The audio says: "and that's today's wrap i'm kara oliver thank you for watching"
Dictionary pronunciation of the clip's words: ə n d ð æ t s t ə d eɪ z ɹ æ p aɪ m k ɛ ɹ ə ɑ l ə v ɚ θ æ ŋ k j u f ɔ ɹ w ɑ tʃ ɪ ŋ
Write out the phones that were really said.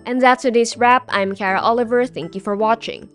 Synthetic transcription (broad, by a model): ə n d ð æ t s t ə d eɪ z ɹ æ p aɪ m k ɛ ɹ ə ɑ l ə v ɚ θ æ ŋ k j u f ɔ ɹ w ɑ tʃ ɪ ŋ